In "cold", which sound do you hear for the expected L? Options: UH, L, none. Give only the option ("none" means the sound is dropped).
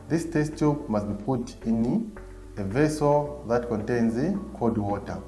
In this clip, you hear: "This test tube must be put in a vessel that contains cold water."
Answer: none